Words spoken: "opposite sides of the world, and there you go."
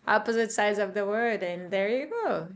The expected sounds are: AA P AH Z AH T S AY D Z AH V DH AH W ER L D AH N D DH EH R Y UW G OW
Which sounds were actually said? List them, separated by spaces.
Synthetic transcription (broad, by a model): AA P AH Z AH T S AY D Z AH V DH AH W ER D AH N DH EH R Y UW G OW